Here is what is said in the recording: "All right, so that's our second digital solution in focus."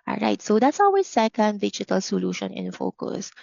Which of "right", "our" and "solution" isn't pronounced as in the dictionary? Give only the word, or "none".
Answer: our